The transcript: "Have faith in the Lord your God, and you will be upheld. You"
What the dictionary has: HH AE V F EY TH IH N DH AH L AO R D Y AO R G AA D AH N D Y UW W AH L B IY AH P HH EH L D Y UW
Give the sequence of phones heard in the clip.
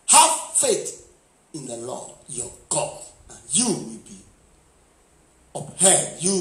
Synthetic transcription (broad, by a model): HH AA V F EY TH IH N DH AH L AO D Y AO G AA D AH N Y UW W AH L B IY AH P HH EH D Y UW